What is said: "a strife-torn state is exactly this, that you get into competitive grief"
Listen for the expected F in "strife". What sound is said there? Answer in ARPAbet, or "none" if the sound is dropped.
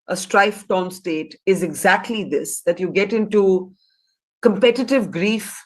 F